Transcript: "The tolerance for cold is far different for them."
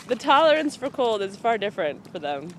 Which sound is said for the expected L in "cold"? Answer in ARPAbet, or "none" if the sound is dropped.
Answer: L